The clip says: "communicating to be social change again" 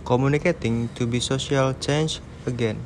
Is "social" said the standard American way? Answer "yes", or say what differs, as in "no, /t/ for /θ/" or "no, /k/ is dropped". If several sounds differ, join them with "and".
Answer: no, /s/ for /ʃ/